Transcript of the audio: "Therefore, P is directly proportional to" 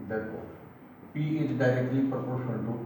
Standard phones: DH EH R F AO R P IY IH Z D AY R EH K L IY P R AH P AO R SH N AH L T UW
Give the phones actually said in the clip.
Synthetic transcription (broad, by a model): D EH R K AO P IY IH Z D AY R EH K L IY P R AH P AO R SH AH N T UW